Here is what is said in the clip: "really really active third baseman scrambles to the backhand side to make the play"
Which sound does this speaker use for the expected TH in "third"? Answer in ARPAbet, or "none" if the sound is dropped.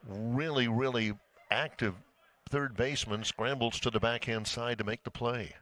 TH